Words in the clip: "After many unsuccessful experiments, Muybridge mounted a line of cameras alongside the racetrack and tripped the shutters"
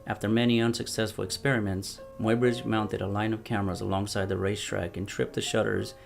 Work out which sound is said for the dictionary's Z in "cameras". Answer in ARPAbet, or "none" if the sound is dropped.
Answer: Z